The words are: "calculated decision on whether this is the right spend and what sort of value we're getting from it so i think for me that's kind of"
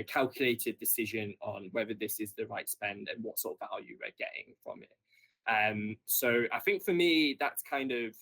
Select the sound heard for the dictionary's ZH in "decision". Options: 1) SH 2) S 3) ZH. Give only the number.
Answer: 3